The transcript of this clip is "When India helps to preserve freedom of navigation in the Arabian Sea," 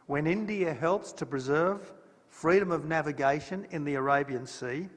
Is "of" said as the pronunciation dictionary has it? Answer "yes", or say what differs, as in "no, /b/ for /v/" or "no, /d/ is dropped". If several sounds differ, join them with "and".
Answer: yes